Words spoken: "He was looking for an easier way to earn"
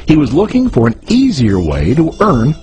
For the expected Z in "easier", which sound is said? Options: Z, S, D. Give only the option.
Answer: Z